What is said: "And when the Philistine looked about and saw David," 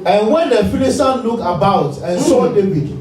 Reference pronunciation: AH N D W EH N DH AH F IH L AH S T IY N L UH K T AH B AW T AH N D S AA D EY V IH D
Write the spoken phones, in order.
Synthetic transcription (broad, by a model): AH N W EH N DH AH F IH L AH S T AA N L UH K AH B AW T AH N S AA D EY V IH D